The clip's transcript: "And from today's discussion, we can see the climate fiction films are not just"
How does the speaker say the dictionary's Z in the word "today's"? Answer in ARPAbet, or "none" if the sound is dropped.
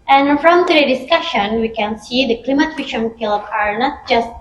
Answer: none